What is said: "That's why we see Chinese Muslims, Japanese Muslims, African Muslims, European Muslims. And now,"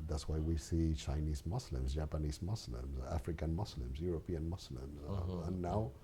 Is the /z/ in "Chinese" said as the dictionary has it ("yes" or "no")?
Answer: yes